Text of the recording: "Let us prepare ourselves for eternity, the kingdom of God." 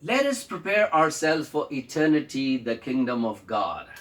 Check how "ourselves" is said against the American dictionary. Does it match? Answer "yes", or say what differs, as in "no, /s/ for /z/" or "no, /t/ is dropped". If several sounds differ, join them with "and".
no, /v/ is dropped